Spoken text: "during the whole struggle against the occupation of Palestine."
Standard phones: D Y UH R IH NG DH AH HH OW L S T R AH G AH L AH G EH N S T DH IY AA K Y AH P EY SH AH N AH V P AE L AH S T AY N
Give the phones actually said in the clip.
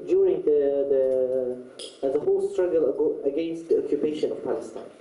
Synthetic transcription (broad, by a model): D Y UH R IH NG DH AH HH OW L S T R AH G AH L AH G EH N S T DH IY AA K Y AH P EY SH AH N AH V P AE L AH S T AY N